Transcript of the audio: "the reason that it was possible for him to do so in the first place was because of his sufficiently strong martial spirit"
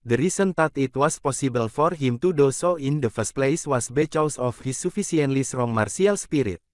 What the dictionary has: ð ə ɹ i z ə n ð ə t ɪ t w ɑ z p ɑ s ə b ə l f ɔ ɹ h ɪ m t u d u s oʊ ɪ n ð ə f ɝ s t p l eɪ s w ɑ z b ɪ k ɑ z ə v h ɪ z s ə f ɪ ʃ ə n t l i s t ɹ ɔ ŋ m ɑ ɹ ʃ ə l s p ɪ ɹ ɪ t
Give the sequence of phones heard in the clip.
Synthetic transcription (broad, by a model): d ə ɹ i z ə n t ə t ɪ t w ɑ s p ɑ s ə b ə l f ɔ ɹ h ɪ m t u d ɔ s oʊ ɪ n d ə f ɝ s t p l eɪ s w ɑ s b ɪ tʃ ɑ s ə f h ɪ s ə f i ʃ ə n t l i s t ɹ ɔ ŋ m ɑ ɹ s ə l s p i ɹ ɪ t